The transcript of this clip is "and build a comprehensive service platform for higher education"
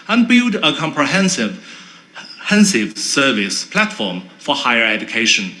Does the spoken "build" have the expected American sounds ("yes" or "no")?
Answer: yes